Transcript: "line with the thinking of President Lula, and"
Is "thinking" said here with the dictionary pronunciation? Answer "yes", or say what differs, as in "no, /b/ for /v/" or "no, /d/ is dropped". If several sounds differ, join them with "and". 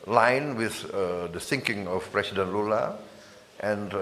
no, /s/ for /θ/